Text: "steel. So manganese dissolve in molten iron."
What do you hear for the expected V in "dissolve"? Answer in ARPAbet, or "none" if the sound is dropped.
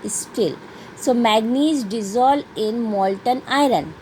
none